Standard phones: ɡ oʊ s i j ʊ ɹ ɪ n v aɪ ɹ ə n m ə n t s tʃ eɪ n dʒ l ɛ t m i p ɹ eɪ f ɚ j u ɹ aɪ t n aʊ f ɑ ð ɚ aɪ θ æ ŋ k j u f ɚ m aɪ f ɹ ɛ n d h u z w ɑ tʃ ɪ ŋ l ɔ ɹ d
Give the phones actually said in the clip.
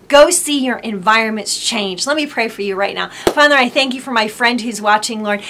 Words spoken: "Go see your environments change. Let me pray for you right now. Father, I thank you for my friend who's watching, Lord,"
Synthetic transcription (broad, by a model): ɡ oʊ s i j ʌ ɹ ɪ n v aɪ ɹ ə n m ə n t s tʃ eɪ n dʒ l ɛ t m i p ɹ eɪ f ɚ j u ɹ aɪ t n aʊ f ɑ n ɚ aɪ θ æ ŋ k j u f ɚ m aɪ f ɹ ɛ n d h u z w ɑ tʃ ɪ ŋ l ɔ ɹ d